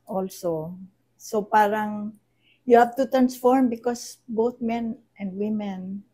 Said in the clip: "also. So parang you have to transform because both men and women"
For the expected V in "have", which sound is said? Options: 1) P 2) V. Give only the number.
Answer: 1